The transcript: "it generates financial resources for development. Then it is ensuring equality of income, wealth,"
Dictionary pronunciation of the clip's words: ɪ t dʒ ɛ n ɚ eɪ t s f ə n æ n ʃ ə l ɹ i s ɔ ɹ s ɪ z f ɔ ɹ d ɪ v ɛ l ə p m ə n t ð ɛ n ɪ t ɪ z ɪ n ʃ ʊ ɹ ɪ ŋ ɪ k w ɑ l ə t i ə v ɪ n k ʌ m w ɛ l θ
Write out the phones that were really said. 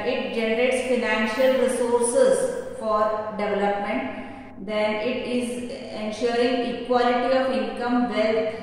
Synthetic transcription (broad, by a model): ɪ t dʒ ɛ n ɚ eɪ t s f ə n æ n ʃ ə l ɹ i s ɔ ɹ s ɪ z f ɔ ɹ d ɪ v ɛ l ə p m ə n t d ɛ n ɪ t ɪ z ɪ n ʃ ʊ ɹ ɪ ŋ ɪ k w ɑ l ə t i ə v ɪ n k ʌ m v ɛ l